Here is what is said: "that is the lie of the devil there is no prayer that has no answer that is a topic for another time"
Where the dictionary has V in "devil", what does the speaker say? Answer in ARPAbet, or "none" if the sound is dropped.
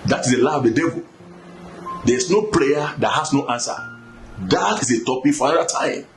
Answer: V